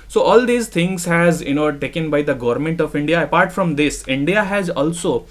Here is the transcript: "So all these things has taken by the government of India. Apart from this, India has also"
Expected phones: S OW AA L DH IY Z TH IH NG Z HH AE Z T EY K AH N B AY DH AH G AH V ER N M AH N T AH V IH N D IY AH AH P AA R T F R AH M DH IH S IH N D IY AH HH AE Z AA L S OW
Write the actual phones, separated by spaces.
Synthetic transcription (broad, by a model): S OW AA L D IY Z T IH NG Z HH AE Z T EY K AH N B AY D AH G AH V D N M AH N T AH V IH N D IY AH AH P AA R T F R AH M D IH S IH N D IY AH HH AE Z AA L S OW